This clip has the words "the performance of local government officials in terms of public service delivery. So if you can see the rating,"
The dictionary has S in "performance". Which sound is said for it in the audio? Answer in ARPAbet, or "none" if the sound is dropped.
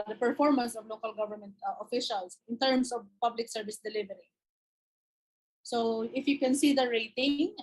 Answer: S